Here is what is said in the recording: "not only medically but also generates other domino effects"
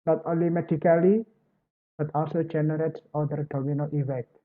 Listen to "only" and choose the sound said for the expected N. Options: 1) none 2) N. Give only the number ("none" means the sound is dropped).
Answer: 1